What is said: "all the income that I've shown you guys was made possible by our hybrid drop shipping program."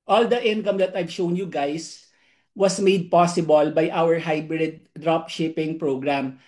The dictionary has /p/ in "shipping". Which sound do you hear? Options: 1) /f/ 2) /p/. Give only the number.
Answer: 2